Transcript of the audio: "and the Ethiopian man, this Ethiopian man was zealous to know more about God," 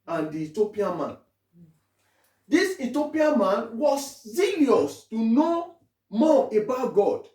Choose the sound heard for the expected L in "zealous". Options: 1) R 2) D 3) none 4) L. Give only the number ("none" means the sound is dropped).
3